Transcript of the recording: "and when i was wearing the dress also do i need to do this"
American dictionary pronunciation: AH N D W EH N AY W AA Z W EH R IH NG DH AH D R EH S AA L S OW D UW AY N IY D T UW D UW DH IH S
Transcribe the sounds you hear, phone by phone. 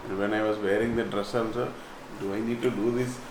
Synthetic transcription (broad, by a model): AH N D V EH N AY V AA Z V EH R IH NG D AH D R EH S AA N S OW D UW AY N IY D T UW D UW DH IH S